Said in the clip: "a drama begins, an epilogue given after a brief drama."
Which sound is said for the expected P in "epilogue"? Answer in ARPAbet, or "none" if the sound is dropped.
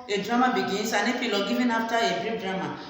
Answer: F